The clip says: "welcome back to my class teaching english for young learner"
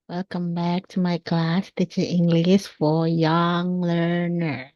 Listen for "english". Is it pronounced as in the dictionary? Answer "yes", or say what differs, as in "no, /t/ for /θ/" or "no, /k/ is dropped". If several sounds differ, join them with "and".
no, /s/ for /ʃ/